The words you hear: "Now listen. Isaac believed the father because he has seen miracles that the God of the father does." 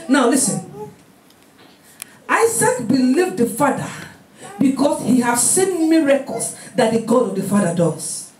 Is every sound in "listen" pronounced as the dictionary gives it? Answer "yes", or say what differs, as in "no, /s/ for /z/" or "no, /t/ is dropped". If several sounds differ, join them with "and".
yes